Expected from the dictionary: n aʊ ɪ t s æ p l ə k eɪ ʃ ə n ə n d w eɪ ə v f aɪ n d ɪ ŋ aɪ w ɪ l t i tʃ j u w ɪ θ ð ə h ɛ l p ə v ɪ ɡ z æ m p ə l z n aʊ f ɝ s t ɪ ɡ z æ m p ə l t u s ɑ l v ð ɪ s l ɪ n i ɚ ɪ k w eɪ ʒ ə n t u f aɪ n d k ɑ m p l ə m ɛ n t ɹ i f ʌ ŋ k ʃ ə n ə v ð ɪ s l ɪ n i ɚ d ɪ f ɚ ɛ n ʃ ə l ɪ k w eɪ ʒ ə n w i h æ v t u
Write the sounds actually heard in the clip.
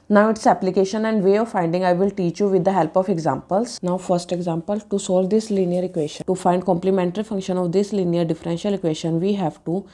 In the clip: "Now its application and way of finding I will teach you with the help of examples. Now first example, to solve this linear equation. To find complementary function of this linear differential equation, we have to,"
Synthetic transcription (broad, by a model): n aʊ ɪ t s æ p l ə k eɪ ʃ ə n ə n d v eɪ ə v f aɪ n d ɪ ŋ aɪ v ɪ l t i tʃ j u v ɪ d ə h ɛ l p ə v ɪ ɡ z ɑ m p ə l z n aʊ f ɝ s t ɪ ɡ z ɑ m p ə l t u s ɑ l v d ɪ s l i n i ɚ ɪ k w eɪ ʃ ə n t u f aɪ n d k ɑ m p l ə m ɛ n t ɹ i f ʌ ŋ k ʃ ə n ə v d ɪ s l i n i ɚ d ɪ f ɚ ɛ n ʃ ə l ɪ k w eɪ ʃ ə n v i h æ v t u